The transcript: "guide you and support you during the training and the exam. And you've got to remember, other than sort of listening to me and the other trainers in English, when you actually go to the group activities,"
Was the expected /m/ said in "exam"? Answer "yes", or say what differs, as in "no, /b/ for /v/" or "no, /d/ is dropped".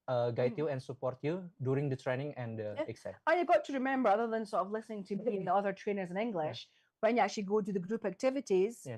no, /m/ is dropped